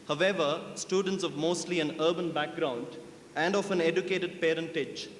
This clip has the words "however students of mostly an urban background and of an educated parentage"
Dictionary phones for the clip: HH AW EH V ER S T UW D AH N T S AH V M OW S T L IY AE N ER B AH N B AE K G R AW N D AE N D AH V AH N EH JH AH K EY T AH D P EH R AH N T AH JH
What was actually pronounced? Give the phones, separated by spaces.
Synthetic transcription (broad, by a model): HH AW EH V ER S T UW D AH N T S AH V M OW S T L IY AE N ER B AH N B AE K G R AW N D AE N D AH F AH N EH JH AH K EY T AH D P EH R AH N T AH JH